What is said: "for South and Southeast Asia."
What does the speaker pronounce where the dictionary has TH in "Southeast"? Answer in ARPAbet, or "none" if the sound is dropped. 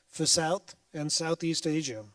TH